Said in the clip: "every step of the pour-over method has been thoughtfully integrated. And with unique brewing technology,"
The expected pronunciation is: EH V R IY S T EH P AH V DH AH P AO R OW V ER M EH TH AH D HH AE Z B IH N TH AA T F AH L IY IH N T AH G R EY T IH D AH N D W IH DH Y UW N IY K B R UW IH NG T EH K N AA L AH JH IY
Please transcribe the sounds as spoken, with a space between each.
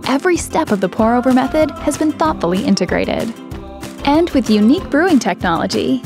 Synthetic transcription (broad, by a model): EH V R IY S T EH P AH V DH AH P AO R OW V ER M EH TH AH D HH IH Z B IH N TH AA T F L IY IH N T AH G R EY T IH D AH N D W IH DH Y UW N IY K B R UW IH NG T EH K N AA L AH JH IY